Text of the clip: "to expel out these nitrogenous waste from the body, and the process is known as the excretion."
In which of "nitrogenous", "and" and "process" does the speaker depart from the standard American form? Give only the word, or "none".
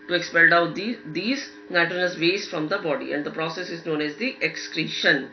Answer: nitrogenous